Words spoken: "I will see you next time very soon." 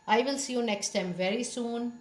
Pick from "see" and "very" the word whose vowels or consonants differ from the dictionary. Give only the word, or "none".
none